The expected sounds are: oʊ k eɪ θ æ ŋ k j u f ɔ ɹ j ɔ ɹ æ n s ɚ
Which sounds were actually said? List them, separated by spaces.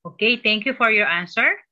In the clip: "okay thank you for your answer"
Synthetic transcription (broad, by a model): oʊ k eɪ t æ ŋ k j u f ɔ ɹ j ɔ ɹ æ n s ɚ